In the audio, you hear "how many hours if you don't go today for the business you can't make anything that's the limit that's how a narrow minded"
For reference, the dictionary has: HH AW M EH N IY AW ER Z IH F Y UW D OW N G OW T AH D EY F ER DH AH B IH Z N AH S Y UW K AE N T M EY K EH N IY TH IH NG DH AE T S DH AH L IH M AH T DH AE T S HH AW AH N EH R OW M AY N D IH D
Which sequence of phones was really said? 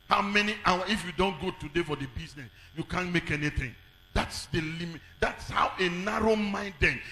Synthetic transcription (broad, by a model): HH AW M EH N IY AW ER IH F Y UW D OW N G OW T AH D EY F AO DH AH B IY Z N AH S Y UW K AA N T M EY K EH N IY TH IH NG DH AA T S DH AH L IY M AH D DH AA T S HH AW AH N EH R OW M AY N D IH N